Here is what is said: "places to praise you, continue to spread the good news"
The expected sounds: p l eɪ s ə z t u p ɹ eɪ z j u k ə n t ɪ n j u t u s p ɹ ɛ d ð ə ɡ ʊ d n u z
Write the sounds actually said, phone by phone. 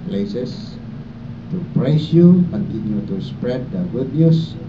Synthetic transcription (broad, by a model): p l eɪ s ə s t u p ɹ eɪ s j u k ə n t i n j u t u s p ɹ ɛ d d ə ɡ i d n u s